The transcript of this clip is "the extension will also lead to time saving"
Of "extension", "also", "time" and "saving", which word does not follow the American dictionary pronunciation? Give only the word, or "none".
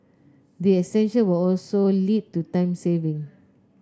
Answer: extension